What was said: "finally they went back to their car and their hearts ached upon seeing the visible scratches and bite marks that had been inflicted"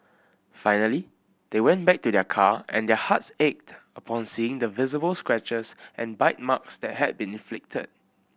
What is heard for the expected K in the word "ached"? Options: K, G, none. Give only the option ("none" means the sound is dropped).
K